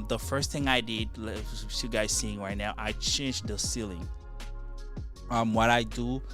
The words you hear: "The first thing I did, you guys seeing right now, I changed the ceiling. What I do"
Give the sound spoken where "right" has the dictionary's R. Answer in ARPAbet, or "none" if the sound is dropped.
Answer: R